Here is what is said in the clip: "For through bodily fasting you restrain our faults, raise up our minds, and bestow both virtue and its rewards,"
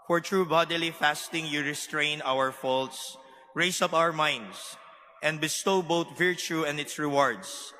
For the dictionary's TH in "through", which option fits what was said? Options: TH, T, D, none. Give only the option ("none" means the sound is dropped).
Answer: T